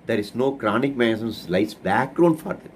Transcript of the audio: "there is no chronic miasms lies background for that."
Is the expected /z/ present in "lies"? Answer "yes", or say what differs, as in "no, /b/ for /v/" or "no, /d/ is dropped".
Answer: no, /s/ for /z/